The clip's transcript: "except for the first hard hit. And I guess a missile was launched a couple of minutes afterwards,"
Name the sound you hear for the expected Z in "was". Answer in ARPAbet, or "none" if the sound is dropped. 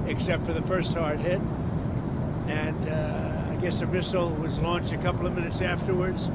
Z